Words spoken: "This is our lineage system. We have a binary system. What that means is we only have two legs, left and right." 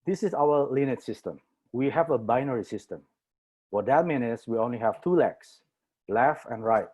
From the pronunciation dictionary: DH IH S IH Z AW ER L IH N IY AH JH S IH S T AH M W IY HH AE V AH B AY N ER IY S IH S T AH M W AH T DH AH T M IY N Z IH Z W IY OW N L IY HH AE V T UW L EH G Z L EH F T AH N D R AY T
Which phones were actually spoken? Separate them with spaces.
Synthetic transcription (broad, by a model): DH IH S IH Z AW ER L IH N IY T S IH S T AH M W IY HH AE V AH B AY N ER IY S IH S T AH M W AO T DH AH T M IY N IH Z W IY OW N L IY HH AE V T UW L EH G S L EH F AH N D R AY T